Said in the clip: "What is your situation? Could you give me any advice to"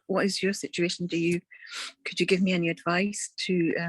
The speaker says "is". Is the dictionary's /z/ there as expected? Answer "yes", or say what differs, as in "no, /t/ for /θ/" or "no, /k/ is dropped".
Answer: yes